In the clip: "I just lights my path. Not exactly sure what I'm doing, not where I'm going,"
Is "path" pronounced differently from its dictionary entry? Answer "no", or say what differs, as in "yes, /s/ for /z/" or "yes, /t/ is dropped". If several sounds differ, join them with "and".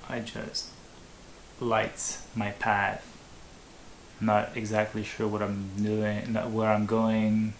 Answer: no